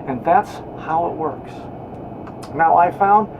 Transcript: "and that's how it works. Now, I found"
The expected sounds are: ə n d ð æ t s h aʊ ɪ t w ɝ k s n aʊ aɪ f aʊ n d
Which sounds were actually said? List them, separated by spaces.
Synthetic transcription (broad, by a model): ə n ð æ t s h aʊ ɪ t w ɝ k s n aʊ aɪ f aʊ n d